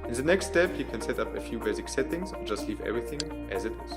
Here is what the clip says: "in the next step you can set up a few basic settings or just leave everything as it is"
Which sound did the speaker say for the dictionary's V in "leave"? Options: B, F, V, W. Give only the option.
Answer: V